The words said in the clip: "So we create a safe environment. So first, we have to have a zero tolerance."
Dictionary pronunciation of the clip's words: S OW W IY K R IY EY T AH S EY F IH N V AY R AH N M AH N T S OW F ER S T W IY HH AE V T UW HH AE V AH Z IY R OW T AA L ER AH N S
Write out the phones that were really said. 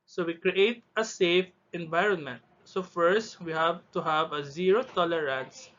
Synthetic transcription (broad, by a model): S OW W IY K R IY EY T AH S EY F IH N V AY R AH N M AH N T S OW F ER S T W IY HH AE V T UW HH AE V AH Z IY R OW T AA L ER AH N S